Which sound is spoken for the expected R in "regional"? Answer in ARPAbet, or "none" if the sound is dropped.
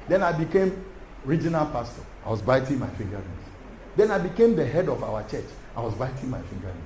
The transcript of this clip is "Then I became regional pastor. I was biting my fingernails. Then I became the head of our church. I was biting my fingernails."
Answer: R